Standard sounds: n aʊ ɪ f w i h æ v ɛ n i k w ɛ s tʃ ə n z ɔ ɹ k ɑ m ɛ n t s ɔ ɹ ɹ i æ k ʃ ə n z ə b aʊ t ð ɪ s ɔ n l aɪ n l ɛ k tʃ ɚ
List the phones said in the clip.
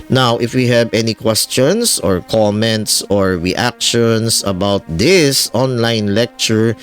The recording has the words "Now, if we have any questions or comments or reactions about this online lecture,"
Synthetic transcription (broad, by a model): n aʊ ɪ f w i h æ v ɛ n i k w ɛ s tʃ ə n s ɔ ɹ k ɑ m ɛ n t s ɔ ɹ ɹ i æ k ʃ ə n s ə b aʊ t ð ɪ s ɔ n l aɪ n l ɛ k tʃ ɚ